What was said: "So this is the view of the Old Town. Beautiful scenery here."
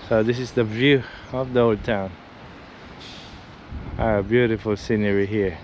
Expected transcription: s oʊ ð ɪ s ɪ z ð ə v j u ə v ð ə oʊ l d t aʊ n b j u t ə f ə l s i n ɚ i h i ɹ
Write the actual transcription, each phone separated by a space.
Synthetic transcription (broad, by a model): s oʊ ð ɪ s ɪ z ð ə v j u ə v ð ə oʊ l d t aʊ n b j u t ə f ə l s i n ɚ i h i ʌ